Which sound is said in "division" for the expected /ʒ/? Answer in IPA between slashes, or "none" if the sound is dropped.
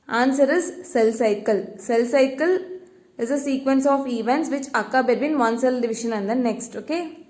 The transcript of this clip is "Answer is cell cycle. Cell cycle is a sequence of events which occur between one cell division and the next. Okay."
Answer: /ʃ/